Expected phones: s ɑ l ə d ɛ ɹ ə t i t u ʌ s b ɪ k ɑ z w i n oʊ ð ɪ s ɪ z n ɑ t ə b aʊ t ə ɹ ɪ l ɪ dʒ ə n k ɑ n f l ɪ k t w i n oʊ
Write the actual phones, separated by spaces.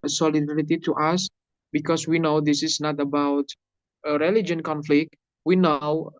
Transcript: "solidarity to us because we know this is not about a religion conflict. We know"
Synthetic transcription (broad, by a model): s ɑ l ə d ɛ ɹ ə t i t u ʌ s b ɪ k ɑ s w i n oʊ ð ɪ s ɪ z n ɑ t ə b aʊ t ə ɹ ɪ l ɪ dʒ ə n k ɑ n f l ɪ k t w i n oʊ